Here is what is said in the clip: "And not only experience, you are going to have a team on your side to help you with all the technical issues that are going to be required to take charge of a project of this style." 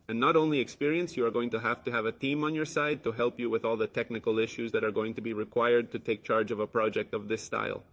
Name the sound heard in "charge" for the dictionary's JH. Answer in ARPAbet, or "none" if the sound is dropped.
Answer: JH